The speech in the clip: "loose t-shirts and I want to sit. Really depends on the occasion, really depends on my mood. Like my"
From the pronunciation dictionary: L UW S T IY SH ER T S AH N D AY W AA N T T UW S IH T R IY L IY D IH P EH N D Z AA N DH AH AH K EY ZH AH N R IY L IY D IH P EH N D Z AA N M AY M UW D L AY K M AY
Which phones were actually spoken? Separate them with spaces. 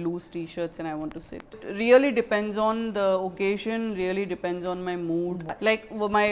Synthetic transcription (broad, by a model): L UW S T IY SH ER T S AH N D AY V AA N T T UW S IH T R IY L IY D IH P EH N D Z AA N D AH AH K EY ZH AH N R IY L IY D IH P EH N D Z AA N M AY M UW D L AY K M AY